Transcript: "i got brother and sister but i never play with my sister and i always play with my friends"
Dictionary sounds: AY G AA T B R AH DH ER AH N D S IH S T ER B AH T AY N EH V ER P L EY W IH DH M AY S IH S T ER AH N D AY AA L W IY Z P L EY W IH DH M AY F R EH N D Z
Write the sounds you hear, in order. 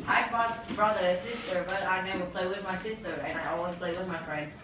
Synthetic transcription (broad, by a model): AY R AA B R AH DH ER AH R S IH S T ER B AH T AY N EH W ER P L EY W IH DH M AY S IH S T ER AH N AY AA L W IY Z P L EY W IH DH M AY F R EH N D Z